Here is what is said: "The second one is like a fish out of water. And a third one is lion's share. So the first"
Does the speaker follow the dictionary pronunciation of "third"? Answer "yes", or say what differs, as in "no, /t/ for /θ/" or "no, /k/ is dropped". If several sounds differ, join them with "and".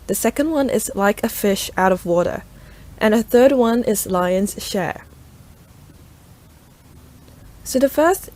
yes